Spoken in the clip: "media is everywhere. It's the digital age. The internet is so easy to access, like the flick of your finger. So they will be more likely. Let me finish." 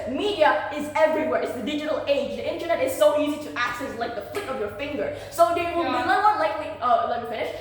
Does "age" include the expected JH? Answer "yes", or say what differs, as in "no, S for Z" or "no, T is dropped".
yes